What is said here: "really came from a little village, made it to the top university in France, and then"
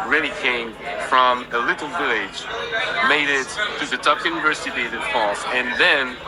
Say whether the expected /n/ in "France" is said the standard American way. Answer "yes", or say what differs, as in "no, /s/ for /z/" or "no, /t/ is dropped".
no, /n/ is dropped